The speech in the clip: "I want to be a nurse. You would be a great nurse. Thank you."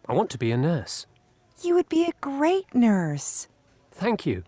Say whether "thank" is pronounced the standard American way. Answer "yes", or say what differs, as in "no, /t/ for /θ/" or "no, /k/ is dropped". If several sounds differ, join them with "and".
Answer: yes